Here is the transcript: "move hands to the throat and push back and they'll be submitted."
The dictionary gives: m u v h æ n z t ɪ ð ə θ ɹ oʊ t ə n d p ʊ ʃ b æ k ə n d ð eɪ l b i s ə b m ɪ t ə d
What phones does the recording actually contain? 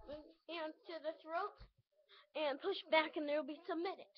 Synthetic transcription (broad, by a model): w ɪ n t ɪ ð ə θ ɹ oʊ t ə n p ʊ ʃ b æ k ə n ð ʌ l b i s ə b m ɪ t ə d